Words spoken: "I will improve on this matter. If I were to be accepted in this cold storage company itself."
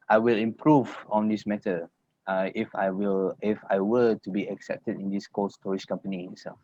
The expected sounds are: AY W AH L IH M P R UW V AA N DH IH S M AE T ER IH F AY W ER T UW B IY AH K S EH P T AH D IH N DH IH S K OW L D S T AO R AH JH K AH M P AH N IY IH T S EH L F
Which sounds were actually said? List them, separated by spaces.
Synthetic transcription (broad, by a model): AY W AH L IH M P R UW V AA N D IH S M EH T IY IH F AY W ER T UW B IY AH K S EH P T AH D IH N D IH S K OW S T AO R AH SH K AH M P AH N IY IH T S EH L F